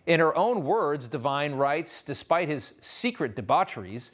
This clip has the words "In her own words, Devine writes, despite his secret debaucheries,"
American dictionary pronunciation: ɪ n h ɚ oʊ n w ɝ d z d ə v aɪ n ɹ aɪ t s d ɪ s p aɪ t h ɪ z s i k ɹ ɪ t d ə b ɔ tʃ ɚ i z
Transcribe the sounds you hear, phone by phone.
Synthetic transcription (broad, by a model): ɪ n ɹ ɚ oʊ n w ɝ d z d ə v aɪ n ɹ aɪ t s d ɪ s p aɪ t h ɪ z s i k ɹ ɪ t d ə b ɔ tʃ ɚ i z